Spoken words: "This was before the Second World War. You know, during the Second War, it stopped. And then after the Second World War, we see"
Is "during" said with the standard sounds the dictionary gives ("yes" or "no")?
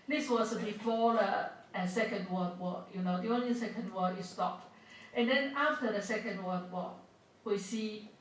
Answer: no